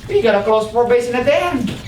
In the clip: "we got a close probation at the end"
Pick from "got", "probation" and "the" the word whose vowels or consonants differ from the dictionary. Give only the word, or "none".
probation